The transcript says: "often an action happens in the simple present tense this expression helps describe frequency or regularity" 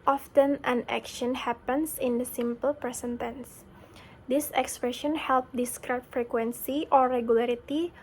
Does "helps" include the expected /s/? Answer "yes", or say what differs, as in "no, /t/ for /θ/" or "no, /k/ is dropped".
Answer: no, /s/ is dropped